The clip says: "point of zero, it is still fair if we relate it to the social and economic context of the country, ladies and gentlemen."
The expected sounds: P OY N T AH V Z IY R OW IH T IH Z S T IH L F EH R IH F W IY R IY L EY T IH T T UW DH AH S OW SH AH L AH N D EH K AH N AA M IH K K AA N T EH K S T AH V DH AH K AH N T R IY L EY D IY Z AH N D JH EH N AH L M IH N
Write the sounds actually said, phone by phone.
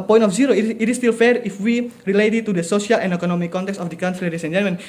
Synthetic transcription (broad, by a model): P OY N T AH F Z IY R OW IH T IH S T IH L F EH R IH F W IY R IY L EY T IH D T UW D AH S OW S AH L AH N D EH K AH N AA M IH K K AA N T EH K S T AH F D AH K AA N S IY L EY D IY S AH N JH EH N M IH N